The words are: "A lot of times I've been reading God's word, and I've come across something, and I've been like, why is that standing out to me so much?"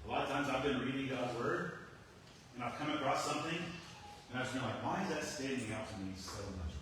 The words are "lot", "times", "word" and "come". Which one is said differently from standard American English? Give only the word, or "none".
none